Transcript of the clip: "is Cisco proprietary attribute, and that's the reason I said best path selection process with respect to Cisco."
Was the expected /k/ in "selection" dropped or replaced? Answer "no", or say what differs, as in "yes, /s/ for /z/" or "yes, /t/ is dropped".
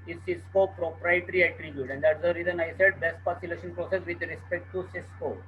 yes, /k/ is dropped